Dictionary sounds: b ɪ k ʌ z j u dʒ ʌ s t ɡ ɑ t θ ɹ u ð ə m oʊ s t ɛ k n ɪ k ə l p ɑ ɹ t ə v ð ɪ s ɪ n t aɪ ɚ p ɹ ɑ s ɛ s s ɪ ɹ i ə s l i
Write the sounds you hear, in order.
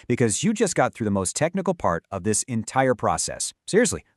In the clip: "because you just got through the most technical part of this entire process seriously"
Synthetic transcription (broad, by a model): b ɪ k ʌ z j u dʒ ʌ s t ɡ ɑ t θ ɹ u ð ə m oʊ s t ɛ k n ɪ k l p ɑ ɹ t ə v ð ɪ s ɪ n t aɪ ɚ p ɹ ɑ s ɛ s s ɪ ɹ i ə s l i